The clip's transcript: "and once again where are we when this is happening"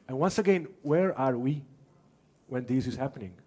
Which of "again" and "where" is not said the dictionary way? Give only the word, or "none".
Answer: none